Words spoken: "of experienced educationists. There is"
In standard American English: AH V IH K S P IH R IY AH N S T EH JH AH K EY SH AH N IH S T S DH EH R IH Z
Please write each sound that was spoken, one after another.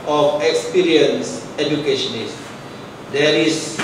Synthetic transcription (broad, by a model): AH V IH K S P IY R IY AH N S EH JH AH K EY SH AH N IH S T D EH R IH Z